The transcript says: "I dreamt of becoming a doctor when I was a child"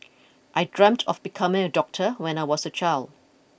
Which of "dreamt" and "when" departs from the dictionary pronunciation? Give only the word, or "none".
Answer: none